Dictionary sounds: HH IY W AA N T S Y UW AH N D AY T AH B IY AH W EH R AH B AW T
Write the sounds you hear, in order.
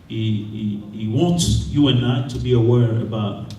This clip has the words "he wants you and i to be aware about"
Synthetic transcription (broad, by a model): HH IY W AA N T S Y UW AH N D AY T AH B IY AH W EH R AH B AW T